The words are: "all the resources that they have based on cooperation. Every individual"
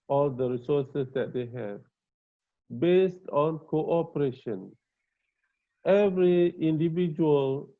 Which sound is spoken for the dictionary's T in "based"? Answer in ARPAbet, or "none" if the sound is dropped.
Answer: T